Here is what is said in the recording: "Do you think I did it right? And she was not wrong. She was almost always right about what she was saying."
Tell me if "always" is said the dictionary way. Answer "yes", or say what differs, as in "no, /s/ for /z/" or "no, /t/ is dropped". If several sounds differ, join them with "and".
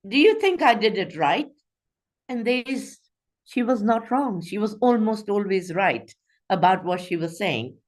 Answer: yes